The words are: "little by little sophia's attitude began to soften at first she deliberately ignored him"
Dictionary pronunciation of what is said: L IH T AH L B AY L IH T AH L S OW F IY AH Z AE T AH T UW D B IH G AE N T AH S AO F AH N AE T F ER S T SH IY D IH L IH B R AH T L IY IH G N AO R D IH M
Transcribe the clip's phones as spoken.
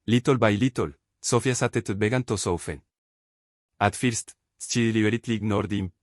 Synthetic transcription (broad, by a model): L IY T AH L B AY L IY T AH L S OW F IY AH S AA T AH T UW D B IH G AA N T AH S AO F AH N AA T F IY S T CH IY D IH L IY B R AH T L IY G N AO R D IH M